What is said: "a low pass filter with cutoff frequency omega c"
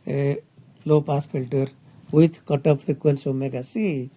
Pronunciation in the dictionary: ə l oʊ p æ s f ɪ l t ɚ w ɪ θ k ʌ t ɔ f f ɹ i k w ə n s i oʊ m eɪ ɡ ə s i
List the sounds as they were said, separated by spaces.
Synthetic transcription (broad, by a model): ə l oʊ p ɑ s p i l t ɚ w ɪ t k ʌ t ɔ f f ɹ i k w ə n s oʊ m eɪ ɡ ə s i